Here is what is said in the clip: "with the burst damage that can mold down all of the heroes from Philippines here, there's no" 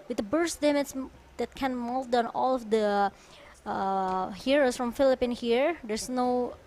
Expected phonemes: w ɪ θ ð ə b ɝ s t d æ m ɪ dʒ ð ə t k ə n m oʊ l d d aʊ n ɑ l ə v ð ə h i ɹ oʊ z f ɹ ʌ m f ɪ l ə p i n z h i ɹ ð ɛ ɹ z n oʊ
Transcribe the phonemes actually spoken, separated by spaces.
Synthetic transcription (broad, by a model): w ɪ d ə b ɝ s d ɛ m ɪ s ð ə t k ə n m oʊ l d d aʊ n ɑ l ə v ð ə h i ɹ oʊ s f ɹ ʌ m f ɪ l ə p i n h i ɹ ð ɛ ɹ s n oʊ